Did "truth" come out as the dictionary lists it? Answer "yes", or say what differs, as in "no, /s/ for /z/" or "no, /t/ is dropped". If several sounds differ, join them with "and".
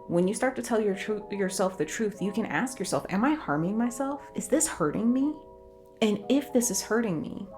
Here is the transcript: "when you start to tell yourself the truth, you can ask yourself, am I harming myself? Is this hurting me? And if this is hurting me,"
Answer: yes